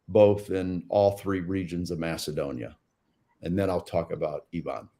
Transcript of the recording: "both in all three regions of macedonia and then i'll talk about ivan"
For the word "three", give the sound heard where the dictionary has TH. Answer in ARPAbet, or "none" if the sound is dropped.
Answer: TH